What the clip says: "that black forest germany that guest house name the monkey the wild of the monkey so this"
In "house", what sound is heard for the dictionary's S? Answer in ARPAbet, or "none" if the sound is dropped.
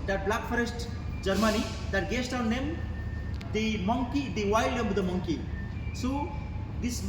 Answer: none